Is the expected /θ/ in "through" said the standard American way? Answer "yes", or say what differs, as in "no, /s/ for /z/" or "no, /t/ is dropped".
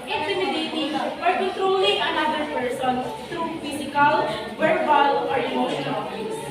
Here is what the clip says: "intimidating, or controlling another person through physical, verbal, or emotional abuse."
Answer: no, /t/ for /θ/